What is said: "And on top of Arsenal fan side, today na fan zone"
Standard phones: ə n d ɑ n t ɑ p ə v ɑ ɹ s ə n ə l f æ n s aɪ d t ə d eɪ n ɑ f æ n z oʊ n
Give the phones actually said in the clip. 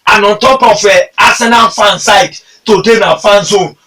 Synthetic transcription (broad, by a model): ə n ɑ n t ɑ p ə f ɑ s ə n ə n f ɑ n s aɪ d t ə d eɪ n ɑ f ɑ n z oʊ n